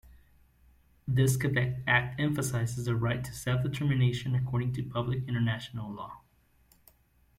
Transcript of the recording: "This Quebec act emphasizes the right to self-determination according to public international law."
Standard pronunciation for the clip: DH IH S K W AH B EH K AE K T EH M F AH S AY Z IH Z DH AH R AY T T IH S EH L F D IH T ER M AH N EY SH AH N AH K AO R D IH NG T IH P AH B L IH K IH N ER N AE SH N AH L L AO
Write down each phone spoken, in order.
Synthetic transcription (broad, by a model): DH IH S K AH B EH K AE K T EH M F AH S AY Z IH Z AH R AY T T IH S EH L F D IH T ER M AH N EY SH AH N AH K AO R D IH NG T IH P AH B L IH K IH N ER N AE SH N L L AO